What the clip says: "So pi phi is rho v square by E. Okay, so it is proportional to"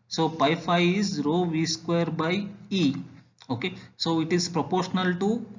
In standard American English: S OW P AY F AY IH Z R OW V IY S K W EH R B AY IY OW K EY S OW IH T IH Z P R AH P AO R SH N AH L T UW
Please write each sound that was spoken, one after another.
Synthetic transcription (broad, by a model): S OW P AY F AY IH Z R OW V IY S K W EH R B AY IY OW K EY S OW IH T IH Z P R AH P AO R SH N AH L T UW